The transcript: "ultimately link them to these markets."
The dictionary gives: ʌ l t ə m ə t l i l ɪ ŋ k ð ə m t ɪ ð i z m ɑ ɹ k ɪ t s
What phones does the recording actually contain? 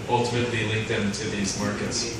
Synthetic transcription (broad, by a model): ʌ l t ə m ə t l i l ɪ ŋ k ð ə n t ɪ ð i z m ɑ ɹ k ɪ t s